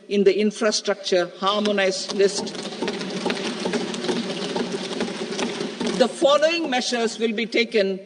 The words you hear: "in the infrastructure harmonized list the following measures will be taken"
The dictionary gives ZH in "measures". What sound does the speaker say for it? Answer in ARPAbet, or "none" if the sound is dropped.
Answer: SH